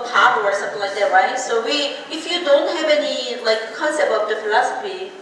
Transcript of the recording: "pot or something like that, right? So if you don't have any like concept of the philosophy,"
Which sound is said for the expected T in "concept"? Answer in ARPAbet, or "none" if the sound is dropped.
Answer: none